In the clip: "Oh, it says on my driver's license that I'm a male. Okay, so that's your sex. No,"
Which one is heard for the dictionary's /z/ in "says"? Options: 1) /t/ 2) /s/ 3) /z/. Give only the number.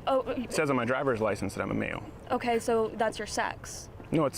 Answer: 3